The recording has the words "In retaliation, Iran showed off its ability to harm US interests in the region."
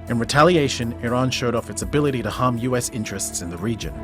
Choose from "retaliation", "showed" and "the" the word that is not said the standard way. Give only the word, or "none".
none